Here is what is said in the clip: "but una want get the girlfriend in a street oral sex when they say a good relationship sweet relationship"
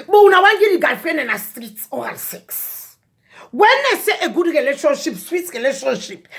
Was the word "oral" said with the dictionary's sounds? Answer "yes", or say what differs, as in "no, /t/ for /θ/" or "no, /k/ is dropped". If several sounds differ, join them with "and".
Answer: no, /ɹ/ is dropped